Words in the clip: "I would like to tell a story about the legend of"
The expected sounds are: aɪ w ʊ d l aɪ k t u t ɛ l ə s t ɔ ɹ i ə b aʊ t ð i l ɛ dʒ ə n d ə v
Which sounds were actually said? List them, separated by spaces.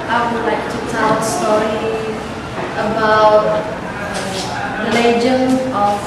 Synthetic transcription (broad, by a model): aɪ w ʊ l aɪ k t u t ɛ l s t ɔ ɹ i ə b aʊ t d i l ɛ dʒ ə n ə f